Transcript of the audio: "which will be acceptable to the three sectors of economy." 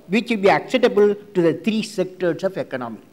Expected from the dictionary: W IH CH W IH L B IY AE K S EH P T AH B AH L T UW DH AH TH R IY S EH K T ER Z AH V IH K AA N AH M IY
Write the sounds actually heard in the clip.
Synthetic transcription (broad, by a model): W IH CH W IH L B IY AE K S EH T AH B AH L T UW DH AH T R IY S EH K T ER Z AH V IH K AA N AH M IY